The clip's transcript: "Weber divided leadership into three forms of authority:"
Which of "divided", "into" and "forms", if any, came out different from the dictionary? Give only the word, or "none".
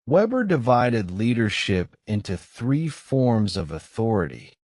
none